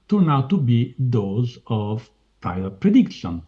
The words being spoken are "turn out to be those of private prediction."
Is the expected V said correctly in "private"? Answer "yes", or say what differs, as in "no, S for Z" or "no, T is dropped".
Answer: no, V is dropped